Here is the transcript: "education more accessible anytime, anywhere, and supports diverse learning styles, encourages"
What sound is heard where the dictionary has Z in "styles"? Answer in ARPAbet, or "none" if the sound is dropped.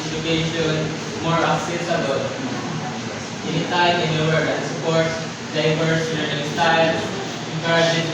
none